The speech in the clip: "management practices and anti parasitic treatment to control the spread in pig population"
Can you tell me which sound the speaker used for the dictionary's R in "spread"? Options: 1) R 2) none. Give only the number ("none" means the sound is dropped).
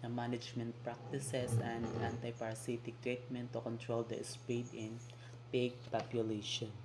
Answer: 2